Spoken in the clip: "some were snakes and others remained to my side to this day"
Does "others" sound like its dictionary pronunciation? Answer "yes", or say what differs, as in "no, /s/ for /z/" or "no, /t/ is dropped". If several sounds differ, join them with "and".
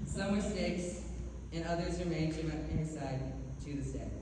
yes